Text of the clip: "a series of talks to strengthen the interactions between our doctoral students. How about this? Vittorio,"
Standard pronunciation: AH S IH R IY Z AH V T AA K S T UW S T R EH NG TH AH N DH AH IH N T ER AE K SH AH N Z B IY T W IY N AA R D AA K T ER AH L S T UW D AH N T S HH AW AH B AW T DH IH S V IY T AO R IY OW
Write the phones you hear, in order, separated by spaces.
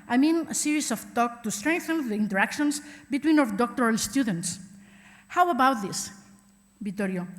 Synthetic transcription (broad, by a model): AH S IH R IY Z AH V T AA K T UW S T R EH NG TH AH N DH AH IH N T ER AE K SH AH N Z B IY T W IY N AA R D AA K T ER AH L S T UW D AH N T S HH AW AH B AW T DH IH S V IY T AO R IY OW